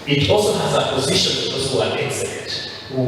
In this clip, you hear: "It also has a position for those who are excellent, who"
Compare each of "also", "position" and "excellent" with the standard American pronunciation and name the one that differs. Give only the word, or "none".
excellent